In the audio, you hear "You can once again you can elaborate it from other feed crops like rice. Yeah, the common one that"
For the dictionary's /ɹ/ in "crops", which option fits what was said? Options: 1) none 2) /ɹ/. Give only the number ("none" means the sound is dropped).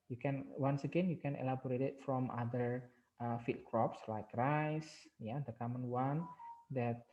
2